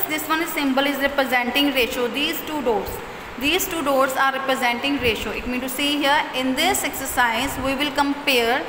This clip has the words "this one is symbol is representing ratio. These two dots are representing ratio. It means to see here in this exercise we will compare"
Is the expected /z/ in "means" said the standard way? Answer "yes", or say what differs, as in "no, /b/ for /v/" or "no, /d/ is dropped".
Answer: no, /z/ is dropped